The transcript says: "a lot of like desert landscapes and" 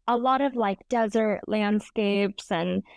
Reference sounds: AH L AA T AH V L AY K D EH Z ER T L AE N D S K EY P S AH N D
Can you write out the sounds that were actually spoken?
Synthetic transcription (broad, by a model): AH L AA T AH V L AY K D EH Z ER T L AE N D S K EY P S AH N